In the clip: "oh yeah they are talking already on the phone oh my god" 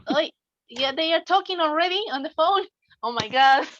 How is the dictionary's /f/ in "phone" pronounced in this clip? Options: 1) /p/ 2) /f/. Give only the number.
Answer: 2